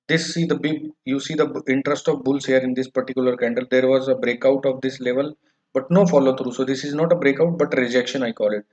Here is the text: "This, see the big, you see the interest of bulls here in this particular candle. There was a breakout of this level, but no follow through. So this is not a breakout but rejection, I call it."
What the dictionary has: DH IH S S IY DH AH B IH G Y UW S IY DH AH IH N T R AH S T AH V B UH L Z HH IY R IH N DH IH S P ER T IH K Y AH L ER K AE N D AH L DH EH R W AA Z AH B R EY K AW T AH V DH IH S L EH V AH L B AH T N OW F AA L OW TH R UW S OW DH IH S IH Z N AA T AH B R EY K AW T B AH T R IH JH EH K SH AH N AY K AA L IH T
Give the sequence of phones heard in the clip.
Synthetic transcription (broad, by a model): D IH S S IY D AH B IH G Y UW S IY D AH IH N T R AH S T AH V B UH L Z HH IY R IH N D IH S P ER T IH K Y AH L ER K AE N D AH L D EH R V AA Z AH B R EY K AW T AH V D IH S L EH V AH L B AH T N OW F AA L OW T R UW S OW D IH S IH Z N AA T AH B R EY K AW T B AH T R IH JH EH K SH AH N AY K AA L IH T